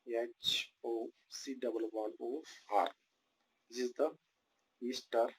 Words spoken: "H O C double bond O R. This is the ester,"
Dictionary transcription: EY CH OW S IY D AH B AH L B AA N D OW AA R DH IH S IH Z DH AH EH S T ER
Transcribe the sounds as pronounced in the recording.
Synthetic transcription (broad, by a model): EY CH OW S IY D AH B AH L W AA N OW AA R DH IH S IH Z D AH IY S T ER